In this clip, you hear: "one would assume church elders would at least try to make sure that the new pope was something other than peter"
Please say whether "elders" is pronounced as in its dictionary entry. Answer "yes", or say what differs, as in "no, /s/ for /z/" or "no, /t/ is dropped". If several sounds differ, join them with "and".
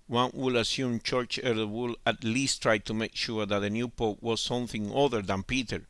no, /z/ is dropped